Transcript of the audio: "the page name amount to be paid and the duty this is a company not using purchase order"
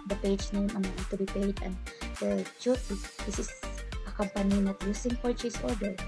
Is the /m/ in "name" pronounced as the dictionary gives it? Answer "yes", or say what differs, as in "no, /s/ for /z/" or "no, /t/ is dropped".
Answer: no, /m/ is dropped